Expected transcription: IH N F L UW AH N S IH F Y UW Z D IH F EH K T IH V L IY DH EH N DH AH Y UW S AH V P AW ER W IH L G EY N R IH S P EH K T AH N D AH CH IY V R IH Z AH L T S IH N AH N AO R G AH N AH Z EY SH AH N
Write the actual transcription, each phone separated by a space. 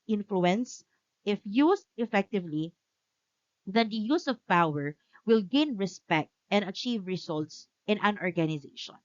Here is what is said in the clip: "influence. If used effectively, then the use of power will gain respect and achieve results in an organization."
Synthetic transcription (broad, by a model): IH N F L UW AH N S IH F Y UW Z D IH F EH K T IH V L IY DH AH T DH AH Y UW S AH V P AW ER W IH L G EY N R IH S P EH K T AH N D AH CH IY V R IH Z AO L T S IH N AH N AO R G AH N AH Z EY SH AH N